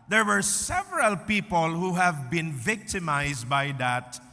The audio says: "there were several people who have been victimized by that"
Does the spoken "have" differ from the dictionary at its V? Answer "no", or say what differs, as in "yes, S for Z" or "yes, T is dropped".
no